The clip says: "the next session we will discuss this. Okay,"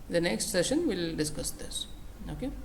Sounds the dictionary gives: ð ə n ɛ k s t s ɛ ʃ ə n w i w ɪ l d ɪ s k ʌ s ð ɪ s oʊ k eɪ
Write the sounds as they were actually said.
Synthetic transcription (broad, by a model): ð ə n ɛ k s t s ɛ ʃ ə n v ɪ l d ɪ s k ʌ s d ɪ s oʊ k eɪ